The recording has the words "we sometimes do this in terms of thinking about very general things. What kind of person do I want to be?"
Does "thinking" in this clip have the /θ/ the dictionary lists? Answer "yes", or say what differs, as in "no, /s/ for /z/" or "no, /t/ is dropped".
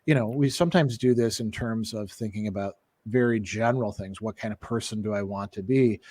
yes